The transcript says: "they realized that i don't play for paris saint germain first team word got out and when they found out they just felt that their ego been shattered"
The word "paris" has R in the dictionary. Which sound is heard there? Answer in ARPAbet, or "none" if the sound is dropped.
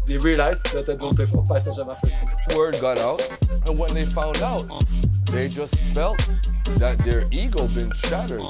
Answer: none